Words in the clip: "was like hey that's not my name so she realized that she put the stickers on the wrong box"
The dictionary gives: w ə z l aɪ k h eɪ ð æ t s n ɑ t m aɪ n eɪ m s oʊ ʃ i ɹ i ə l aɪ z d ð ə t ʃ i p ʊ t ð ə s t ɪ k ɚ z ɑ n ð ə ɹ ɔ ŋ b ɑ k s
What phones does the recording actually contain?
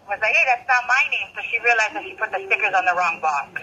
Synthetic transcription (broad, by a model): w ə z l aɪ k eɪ ð æ t s n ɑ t m aɪ n eɪ m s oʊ ʃ i ɹ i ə l aɪ z ð ə t ʃ i p ʊ t ð ə s t ɪ k ɚ z n ð ə ɹ ɔ ŋ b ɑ